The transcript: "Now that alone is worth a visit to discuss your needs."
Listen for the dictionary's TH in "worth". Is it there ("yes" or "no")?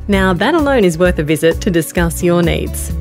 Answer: yes